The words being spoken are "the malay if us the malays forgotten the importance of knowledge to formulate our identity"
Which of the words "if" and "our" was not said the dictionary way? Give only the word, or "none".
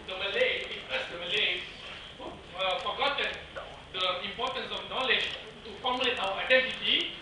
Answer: if